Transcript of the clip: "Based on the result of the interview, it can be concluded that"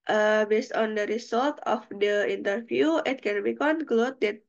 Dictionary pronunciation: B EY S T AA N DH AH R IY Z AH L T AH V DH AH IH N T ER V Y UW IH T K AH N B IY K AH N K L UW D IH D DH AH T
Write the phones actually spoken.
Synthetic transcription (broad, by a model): B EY S T AA N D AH R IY S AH L T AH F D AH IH N T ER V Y UW IH T K AH N B IY K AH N K L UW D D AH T